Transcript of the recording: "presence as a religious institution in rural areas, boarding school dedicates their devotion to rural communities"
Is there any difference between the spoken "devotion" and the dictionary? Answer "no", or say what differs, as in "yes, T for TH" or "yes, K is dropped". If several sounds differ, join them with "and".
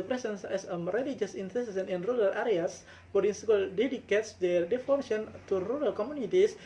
yes, F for V